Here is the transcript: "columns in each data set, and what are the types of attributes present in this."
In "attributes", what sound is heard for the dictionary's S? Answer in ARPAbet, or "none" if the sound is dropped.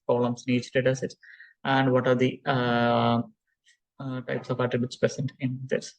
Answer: S